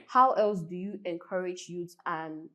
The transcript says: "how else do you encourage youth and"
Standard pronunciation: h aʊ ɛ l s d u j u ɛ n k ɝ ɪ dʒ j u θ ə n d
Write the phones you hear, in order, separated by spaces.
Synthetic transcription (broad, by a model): h aʊ ɛ l s d u j u ɛ n k ɝ ɪ dʒ j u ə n